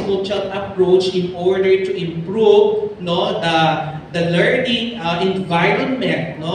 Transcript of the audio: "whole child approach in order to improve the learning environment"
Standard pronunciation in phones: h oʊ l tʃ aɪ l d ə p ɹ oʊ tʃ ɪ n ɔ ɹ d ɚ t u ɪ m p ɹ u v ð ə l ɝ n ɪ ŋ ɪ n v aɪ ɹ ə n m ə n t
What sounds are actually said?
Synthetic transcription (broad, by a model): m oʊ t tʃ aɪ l ə p ɹ oʊ tʃ ɪ n ɔ ɹ d ɚ t u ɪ m p ɹ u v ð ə l ɝ n ɪ ŋ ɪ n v aɪ ɹ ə n m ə n t